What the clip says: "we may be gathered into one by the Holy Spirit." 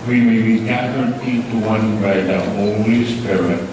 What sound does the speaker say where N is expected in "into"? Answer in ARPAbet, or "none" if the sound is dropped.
none